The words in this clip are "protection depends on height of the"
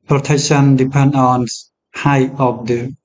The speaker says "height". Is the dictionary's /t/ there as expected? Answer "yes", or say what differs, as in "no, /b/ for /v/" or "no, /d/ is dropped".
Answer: no, /t/ is dropped